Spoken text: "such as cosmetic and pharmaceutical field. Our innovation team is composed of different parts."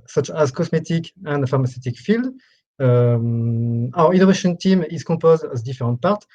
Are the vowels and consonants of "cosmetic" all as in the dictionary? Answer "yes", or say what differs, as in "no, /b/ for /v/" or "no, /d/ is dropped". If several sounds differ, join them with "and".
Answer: no, /s/ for /z/